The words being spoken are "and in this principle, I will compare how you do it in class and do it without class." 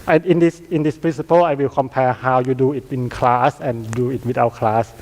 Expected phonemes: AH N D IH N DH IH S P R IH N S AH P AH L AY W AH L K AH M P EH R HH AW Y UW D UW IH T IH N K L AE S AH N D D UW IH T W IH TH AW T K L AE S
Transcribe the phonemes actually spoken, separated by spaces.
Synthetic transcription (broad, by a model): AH N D IH N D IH S P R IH N S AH P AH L AY W AH L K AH M P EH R HH AW Y UW D UW IH T IH N K L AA S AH N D D UW IH T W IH T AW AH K L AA S